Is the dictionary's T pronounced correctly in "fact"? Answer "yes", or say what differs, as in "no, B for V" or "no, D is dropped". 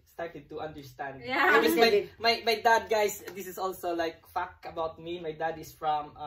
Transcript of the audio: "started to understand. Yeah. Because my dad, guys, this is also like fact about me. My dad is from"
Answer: no, T is dropped